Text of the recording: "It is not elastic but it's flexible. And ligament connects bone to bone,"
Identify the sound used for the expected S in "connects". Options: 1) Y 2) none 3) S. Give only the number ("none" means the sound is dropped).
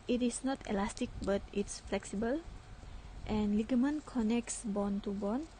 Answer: 3